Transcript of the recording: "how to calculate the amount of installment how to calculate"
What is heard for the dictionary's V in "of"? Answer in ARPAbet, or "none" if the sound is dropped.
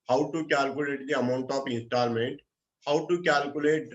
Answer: P